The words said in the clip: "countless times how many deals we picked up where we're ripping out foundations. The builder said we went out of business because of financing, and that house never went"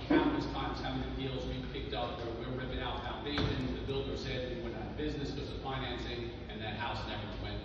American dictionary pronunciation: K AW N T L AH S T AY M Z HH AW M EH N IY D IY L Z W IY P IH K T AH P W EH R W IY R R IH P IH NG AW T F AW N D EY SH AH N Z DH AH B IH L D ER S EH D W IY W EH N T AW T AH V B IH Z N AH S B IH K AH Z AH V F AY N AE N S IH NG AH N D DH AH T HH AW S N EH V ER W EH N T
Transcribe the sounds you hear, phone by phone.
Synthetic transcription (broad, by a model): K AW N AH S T AY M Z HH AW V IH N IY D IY L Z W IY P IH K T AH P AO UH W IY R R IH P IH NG AW T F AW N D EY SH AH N DH AH B IH L D ER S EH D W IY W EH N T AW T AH B IH Z N AH S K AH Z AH F AY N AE N S IH NG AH N DH AH T HH AW S N EH V ER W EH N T